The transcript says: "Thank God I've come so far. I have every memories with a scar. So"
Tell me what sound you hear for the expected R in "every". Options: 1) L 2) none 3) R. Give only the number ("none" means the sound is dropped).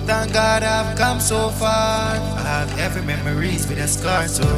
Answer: 2